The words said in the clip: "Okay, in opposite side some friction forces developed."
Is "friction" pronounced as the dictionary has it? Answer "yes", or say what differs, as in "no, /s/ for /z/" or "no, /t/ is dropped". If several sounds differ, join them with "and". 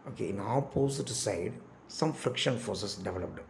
yes